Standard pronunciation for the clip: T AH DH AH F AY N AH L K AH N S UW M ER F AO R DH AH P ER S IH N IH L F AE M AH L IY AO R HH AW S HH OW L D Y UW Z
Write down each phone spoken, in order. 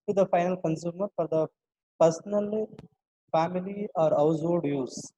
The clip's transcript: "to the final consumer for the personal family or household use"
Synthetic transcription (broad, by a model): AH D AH F AY N AH L K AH N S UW M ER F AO R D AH P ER S N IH L F AE M AH L IY AO R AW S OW D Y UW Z